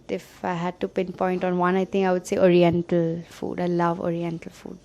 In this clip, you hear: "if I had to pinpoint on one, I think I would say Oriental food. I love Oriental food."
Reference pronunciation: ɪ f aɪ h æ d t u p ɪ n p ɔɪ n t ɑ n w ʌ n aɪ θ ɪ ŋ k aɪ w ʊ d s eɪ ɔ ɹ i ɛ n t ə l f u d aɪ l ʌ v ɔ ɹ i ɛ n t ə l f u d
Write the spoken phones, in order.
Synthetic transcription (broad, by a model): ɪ f aɪ h æ d t u p ɪ n p ɔɪ n t ɑ n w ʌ n aɪ t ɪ ŋ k aɪ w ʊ d s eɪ ɔ ɹ i ɛ n t ə l f u d aɪ l ʌ v ɔ ɹ i ɛ n t ə l f u d